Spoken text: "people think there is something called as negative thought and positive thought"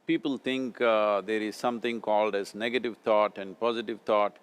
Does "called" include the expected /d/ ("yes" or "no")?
yes